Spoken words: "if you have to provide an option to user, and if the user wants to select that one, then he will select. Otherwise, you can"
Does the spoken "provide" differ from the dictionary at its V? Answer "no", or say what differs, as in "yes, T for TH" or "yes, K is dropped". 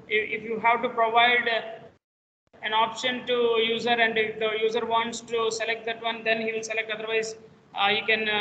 no